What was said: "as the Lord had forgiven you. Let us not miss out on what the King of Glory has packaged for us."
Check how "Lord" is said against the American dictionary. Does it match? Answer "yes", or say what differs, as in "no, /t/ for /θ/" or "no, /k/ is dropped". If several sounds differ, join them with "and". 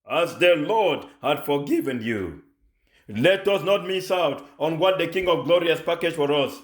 yes